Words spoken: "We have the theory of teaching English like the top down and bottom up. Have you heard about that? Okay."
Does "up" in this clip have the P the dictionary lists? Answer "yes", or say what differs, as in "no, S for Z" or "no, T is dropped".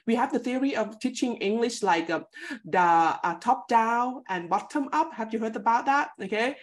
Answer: yes